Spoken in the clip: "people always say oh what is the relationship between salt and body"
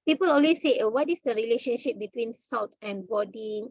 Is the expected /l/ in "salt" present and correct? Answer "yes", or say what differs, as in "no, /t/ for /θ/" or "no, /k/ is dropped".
yes